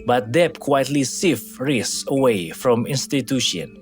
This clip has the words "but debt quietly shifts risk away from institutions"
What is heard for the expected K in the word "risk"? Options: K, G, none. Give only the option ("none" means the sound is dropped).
none